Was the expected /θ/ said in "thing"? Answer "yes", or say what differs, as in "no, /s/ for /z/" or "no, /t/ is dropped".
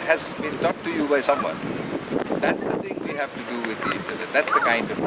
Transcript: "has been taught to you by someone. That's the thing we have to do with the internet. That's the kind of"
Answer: no, /t/ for /θ/